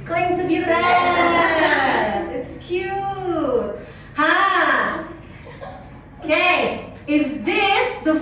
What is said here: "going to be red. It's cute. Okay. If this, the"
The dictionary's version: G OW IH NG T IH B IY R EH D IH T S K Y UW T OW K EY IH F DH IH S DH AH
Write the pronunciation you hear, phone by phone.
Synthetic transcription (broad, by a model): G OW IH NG T IH B IY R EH IH T S K Y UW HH OW K EY IH F DH IH S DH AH